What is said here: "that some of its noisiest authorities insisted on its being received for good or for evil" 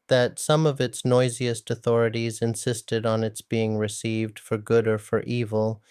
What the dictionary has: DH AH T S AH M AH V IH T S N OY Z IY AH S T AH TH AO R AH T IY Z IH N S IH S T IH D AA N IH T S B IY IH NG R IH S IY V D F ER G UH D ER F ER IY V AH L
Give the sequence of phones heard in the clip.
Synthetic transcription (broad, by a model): DH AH T S AH M AH V IH T S N OY Z IY AH S T AH TH AO R AH T IY Z IH N S IH S T IH D N IH T S B IY IH NG R IH S IY V D F ER G UH D ER F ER IY V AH L